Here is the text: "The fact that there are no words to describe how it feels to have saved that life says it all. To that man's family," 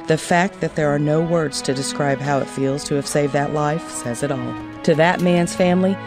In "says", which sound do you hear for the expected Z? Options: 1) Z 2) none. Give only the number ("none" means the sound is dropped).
1